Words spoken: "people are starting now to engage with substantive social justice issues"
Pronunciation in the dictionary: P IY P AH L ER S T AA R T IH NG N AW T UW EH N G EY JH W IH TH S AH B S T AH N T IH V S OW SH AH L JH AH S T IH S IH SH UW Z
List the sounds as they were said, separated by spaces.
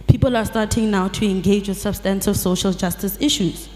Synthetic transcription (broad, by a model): P IY P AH L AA S T AA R T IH NG N AW T UW EH N G EY JH W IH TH S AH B S T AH N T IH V S OW SH AH L JH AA S T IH S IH SH UW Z